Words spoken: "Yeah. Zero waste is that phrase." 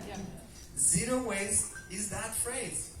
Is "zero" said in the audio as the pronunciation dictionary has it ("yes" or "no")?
yes